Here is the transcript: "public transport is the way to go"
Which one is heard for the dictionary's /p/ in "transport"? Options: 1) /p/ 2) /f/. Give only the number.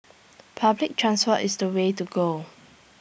2